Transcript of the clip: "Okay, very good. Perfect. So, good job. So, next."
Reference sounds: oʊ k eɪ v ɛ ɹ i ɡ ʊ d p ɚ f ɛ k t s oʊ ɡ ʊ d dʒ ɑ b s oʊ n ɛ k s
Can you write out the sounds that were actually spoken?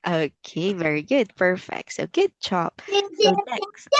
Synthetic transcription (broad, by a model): oʊ k eɪ v ɛ ɹ i ɡ ʊ d p ɚ f ɛ k t s oʊ ɡ ʊ d tʃ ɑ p s oʊ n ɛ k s